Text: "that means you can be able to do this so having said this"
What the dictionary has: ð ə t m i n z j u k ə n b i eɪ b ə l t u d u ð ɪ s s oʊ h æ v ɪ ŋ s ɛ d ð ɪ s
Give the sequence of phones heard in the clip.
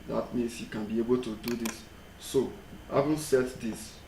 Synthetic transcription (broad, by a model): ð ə t m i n s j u k ə n b i eɪ b ə l t u d u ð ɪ s s oʊ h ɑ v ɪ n s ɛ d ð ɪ s